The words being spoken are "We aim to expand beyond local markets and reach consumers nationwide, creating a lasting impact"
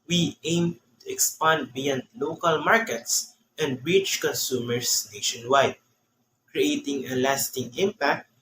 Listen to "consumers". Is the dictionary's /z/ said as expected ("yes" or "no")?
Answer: no